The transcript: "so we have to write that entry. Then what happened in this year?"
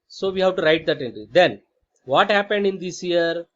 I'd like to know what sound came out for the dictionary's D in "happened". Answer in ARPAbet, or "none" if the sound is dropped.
D